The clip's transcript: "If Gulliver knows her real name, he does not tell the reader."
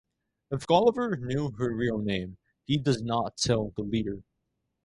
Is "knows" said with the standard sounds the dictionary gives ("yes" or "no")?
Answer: no